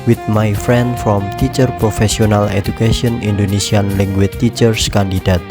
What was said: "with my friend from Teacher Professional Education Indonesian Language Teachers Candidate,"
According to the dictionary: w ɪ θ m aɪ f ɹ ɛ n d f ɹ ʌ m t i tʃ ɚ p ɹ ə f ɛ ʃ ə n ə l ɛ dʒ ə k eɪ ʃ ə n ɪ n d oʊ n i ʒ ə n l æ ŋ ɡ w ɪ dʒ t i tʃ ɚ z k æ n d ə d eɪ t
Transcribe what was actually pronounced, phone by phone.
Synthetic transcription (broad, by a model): w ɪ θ m aɪ f ɹ ɛ n d f ɹ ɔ m t i tʃ ɚ p ɹ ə f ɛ s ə n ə l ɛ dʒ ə k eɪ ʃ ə n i n d oʊ n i s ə n l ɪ ŋ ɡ w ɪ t i tʃ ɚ s k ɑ n d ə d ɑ t